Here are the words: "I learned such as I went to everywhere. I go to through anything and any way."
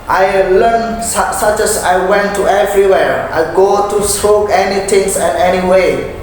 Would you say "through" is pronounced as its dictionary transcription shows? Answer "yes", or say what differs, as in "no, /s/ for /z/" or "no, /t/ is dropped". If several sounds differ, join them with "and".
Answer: no, /s/ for /θ/